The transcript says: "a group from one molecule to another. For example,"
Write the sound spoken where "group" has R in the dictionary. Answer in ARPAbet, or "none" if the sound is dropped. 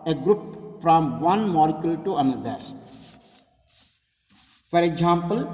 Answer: R